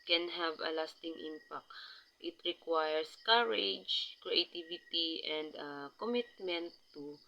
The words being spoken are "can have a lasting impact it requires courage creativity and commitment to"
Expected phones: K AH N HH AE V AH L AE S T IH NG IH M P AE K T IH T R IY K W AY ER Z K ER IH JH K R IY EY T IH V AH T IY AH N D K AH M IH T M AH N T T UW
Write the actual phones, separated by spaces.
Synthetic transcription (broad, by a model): K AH N HH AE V AH L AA S T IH NG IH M P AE K T IH T R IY K W AY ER S K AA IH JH K R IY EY T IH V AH T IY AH N D K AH M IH T M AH N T T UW